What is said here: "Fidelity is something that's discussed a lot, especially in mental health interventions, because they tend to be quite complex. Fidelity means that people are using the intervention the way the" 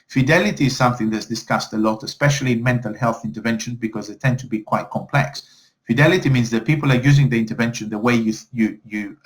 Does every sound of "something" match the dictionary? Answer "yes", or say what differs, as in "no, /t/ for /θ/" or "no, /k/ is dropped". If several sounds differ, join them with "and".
yes